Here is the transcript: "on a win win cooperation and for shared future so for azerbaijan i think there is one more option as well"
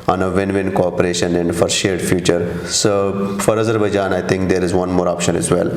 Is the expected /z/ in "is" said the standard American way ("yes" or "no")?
yes